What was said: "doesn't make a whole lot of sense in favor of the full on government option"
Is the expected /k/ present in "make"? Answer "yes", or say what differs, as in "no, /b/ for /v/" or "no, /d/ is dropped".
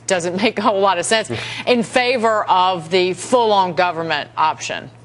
no, /k/ is dropped